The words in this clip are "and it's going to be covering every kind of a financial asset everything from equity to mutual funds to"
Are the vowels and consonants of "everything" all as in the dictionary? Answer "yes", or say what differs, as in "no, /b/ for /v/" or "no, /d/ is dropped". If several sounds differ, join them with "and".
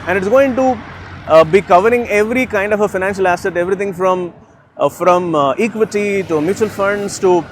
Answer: no, /t/ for /θ/